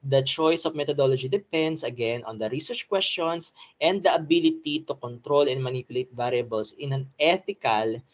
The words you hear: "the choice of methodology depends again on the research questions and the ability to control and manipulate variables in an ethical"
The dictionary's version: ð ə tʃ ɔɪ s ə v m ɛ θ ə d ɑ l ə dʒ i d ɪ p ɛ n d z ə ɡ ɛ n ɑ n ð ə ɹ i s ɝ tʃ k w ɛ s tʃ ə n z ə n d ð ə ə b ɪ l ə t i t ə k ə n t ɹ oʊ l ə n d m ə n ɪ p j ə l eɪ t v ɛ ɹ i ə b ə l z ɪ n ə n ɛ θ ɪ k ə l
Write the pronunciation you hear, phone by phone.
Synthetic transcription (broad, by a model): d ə tʃ ɔɪ s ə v m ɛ t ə d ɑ l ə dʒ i d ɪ p ɛ n d s ə ɡ ɛ n ɑ n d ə ɹ i s ɝ tʃ k w ɛ s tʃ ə n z ə n d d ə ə b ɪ l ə t i t ə k ə n t ɹ oʊ l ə n m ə n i p j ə l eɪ t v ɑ ɹ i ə b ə l s ɪ n ə n ɛ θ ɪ k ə l